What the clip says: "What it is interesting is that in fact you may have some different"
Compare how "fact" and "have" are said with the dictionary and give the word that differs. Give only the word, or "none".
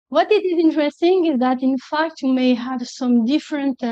none